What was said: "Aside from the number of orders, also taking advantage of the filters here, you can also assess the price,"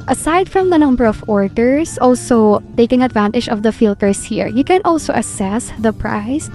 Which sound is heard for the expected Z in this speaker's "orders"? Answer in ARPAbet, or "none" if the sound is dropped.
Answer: S